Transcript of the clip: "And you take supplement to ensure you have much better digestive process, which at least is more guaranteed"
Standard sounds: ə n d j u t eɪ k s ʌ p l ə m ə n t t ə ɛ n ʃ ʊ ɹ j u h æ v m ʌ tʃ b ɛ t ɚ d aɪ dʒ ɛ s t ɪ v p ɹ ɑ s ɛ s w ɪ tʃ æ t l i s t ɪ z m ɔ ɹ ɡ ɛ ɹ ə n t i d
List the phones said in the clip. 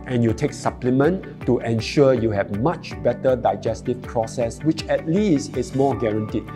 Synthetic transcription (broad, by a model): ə n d j u t eɪ k s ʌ p l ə m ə n t t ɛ n ʃ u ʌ j u h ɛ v m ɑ tʃ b ɛ t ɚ d aɪ dʒ ɛ s t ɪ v p ɹ ɑ s ɛ s w ɪ tʃ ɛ t l i s t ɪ s m ɔ ɡ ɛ ɹ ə n t i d